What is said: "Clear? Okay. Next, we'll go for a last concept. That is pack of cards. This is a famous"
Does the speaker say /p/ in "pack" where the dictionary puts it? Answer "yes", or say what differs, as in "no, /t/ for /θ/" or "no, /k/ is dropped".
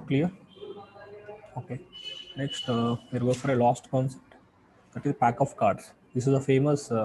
yes